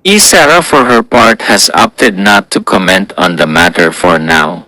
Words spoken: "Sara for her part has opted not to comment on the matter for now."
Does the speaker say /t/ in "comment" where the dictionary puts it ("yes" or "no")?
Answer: yes